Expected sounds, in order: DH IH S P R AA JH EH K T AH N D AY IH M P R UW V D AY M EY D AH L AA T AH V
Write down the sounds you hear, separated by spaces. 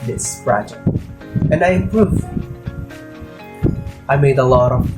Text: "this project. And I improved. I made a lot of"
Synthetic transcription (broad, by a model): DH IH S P R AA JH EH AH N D AY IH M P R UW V AY M EY D AH L AA T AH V